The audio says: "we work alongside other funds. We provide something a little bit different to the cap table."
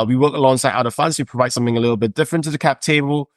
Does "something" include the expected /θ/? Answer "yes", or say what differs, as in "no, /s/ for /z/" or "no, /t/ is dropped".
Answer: yes